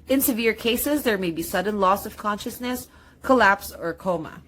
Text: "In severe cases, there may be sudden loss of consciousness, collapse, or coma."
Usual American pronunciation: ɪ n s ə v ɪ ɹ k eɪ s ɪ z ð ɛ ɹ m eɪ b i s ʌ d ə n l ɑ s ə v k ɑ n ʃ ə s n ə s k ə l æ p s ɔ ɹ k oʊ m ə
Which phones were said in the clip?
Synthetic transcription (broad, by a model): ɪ n s ə v ɪ ɹ k eɪ s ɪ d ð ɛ ɹ m eɪ b i s ʌ d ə n l ɑ s ə v k ɑ n ʃ ə s n ə s k ə l æ p s ɔ ɹ k oʊ m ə